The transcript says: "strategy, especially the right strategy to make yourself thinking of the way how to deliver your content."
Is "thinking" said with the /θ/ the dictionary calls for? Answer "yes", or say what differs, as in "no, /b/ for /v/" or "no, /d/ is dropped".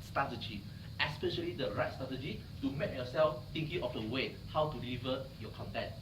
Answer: no, /t/ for /θ/